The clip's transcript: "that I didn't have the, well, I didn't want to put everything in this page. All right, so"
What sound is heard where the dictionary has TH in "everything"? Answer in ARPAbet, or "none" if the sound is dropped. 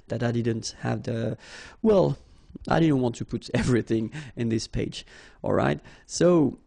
TH